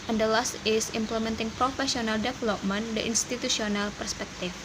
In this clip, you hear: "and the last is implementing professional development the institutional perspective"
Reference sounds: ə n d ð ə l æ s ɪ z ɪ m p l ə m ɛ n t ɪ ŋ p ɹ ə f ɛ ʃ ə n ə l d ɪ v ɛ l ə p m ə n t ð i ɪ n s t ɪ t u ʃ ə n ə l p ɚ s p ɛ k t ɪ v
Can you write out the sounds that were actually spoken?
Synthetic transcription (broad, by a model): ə n d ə l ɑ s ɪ s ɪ m p l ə m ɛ n t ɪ ŋ p ɹ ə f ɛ s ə n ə l d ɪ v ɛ l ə p m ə n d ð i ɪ n s t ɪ t u s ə n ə l p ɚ s p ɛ k t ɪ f